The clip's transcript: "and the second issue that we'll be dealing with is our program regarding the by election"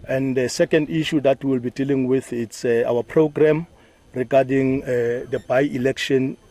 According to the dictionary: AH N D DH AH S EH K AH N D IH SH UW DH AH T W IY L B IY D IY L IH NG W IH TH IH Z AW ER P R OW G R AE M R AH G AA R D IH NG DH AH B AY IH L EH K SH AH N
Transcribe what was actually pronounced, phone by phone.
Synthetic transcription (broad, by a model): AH N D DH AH S EH K AH N D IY SH UW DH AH T W IY L B IY D IY L IH NG W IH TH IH S AW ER P R OW G R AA M R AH G AA D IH NG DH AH B AY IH L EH K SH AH N